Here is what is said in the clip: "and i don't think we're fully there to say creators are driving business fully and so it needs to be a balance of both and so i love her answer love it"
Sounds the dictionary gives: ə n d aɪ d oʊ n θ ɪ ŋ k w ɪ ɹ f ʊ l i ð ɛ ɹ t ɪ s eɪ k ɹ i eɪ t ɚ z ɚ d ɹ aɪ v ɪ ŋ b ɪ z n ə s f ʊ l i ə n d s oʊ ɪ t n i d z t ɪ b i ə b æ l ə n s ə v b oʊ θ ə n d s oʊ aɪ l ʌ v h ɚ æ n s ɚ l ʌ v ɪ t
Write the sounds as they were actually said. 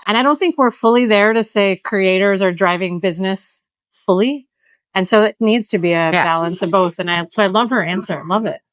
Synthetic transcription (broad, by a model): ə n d aɪ d oʊ n θ ɪ ŋ k w ɪ ɹ f ʊ l i ð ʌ ɹ t ɪ s eɪ k ɹ i eɪ t ɚ z ɚ d ɹ aɪ v ɪ ŋ b ɪ z n ə s f ʊ l i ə n s oʊ ɪ t n i d z t ɪ b i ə b æ l ə n s ə v b oʊ θ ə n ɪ s oʊ aɪ l ʌ v ɚ æ n s ɚ l ʌ v ɪ t